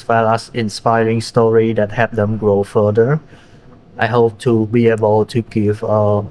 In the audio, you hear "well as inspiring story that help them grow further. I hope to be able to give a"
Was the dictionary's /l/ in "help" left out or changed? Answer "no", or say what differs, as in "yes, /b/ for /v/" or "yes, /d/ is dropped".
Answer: yes, /l/ is dropped